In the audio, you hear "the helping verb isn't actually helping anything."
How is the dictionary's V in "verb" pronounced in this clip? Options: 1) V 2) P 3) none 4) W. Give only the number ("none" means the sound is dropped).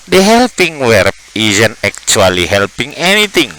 4